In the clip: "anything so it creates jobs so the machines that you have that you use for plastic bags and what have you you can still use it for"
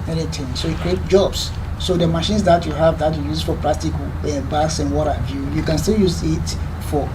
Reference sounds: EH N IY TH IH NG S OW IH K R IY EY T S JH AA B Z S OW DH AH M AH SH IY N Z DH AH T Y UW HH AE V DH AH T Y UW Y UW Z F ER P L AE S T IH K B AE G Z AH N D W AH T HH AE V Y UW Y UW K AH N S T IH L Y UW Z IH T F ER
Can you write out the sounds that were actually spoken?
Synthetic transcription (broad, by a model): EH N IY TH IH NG S OW IH K R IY EY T JH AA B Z S OW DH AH M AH SH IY N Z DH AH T Y UW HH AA V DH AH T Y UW Y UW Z F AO P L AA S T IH K B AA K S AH N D W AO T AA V Y UW Y UW K AH N S T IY L Y UW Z IH T F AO